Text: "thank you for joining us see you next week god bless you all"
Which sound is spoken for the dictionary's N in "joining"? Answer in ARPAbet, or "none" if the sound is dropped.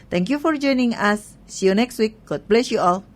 N